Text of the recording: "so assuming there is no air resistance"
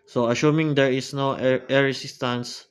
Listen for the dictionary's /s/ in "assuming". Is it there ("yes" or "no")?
no